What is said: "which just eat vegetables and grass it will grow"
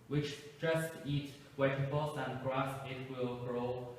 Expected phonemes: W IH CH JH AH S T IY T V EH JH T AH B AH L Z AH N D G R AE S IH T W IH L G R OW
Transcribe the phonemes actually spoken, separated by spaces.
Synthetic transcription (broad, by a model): W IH CH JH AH S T IY T W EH T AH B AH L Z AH N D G R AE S IH T W IH L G R OW